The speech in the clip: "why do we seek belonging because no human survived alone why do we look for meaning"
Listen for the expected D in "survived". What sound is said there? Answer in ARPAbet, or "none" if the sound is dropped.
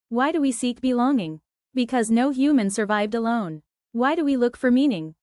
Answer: D